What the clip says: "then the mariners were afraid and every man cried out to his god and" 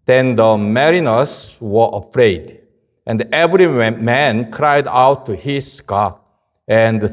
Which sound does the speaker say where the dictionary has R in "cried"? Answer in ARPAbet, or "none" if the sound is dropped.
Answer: R